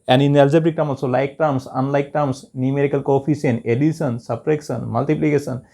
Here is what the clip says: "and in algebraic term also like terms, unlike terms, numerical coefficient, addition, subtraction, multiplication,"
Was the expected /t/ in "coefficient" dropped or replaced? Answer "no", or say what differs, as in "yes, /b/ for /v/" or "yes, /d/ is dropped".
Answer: yes, /t/ is dropped